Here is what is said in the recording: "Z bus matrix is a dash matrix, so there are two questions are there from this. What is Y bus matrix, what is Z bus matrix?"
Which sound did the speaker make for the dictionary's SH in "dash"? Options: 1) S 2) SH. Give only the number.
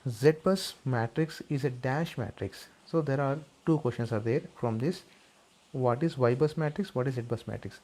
2